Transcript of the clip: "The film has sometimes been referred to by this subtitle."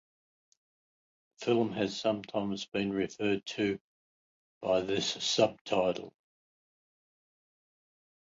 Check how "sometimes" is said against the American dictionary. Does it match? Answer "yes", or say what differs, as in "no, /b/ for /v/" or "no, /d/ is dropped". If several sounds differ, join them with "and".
yes